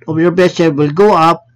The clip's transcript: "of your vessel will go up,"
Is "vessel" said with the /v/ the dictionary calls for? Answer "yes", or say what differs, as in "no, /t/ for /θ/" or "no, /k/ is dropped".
no, /b/ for /v/